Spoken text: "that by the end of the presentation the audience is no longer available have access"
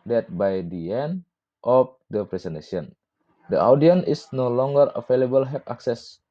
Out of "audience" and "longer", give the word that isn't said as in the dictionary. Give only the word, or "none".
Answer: audience